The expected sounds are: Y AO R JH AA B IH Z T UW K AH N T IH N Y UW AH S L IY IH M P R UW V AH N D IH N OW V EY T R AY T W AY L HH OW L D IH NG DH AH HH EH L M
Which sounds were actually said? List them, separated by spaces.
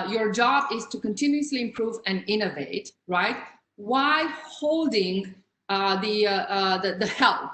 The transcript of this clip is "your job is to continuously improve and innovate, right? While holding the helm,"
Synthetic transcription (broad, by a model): Y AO R JH AA B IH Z T UW K AH N T IH N Y UW AH S L IY IH M P R UW V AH N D IH N OW V EY T R AY T W AY HH OW L D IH NG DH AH HH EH L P